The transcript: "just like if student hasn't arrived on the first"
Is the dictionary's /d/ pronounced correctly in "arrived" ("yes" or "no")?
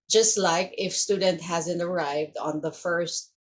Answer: yes